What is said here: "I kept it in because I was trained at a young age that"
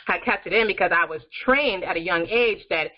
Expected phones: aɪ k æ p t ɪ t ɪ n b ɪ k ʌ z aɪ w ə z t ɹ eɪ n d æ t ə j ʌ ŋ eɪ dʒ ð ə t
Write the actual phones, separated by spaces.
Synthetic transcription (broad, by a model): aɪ k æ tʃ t ɪ t ɪ n b ɪ k ʌ z aɪ w ə z t ɹ eɪ n d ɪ t ə j ʌ ŋ eɪ dʒ ð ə t